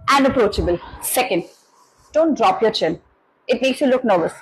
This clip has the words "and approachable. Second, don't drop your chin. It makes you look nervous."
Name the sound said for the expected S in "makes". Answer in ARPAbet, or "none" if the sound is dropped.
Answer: S